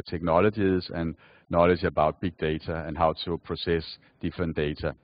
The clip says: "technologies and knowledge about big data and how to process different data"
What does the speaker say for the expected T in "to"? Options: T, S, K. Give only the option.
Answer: S